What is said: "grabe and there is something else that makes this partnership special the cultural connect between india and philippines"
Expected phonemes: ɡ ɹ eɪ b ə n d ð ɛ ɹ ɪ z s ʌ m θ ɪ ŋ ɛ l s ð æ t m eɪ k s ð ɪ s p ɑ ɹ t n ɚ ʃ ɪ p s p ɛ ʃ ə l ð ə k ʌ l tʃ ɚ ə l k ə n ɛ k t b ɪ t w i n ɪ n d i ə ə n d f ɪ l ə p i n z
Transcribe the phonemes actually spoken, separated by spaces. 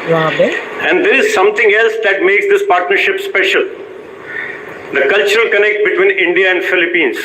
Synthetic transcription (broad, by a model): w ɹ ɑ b ə n d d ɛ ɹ ɪ z s ʌ m t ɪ ŋ ɛ l s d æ t m eɪ k s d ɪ s p ɑ ɹ t n ɚ ʃ ɪ p s p ɛ ʃ ə l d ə k ʌ l tʃ ɚ ə l k ə n ɛ k t b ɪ t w i n ɪ n d i ə ə n d f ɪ l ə p i n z